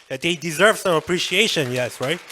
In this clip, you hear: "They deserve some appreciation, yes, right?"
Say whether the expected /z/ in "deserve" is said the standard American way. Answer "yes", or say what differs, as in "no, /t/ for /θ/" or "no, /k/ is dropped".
yes